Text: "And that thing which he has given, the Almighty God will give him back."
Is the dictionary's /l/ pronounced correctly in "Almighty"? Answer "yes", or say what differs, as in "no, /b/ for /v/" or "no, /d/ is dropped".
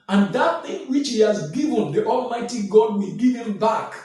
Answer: yes